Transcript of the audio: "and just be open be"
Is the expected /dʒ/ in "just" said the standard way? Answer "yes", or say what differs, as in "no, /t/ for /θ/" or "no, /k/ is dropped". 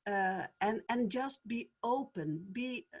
yes